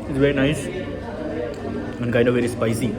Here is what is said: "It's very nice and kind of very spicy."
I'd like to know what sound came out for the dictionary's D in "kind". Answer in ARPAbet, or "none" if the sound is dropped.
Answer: none